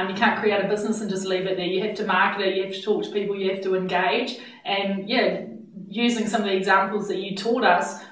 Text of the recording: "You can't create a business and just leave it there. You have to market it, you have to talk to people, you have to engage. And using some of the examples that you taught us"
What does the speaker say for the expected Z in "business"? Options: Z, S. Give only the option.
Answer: Z